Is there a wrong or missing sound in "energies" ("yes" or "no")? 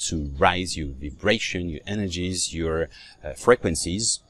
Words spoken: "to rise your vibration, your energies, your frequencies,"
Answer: no